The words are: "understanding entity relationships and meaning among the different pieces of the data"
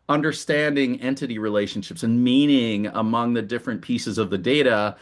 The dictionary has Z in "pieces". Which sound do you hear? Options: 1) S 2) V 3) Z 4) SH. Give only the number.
3